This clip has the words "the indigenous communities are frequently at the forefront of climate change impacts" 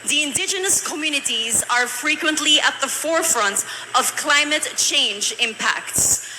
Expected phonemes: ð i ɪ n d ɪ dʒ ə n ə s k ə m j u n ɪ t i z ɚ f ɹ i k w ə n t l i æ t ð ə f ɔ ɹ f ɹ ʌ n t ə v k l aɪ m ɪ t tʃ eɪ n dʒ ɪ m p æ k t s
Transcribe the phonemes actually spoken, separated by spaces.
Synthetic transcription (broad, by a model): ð i ɪ n d ɪ dʒ ə n ə s k ə m j u n ɪ t i z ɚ f ɹ i k w ə n t l i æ t ð ə f ɔ ɹ f ɹ ʌ n t ə v k l aɪ m ɪ t tʃ eɪ n dʒ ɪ m p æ k t s